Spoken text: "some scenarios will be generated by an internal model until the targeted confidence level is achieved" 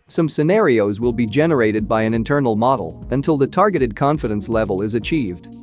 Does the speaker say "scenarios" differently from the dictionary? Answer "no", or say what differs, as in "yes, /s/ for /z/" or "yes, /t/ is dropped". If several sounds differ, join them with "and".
no